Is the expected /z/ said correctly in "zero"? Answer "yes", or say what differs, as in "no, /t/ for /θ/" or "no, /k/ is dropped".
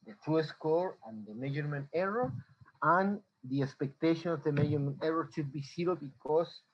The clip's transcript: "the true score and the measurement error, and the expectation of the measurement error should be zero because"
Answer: no, /s/ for /z/